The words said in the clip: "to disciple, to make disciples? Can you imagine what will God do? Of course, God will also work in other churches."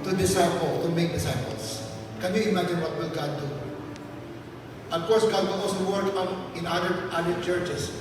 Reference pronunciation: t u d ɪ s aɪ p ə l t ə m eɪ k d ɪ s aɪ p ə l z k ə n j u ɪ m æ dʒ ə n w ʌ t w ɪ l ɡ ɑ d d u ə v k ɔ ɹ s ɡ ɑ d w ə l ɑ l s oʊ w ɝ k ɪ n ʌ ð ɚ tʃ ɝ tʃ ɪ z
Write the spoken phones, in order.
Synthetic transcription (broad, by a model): t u d ɪ s aɪ p ə l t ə m eɪ k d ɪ s aɪ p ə l s k ə n j u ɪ m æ dʒ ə n w ʌ t w ɪ l ɡ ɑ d d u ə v k ɔ ɹ s ɡ ɑ d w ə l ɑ s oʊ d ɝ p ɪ n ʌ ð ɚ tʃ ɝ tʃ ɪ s